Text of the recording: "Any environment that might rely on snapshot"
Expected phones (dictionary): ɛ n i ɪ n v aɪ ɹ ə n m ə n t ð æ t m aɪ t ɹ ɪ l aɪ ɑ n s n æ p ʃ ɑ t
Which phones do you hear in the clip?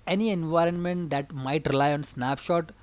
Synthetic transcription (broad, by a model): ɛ n i ɪ n v aɪ ɹ ə n m ə n t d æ t m aɪ t ɹ ɪ l aɪ ɑ n s n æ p ʃ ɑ t